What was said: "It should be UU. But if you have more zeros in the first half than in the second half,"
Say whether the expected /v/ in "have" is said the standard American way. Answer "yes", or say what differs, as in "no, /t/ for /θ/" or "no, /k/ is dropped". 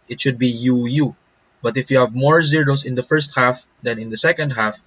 yes